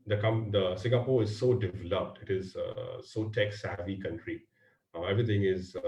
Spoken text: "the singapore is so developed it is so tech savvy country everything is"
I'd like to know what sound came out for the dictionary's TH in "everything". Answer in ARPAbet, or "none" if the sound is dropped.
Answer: T